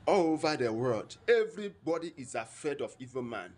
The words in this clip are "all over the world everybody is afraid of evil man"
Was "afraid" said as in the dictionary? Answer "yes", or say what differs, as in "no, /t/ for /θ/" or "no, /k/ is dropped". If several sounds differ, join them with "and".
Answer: no, /ɹ/ is dropped